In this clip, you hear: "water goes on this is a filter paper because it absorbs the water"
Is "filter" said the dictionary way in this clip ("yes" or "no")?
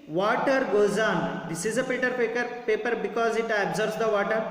no